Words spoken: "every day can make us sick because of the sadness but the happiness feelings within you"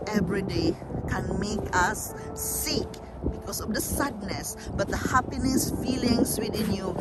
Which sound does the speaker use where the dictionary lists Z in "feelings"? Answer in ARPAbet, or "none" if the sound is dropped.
S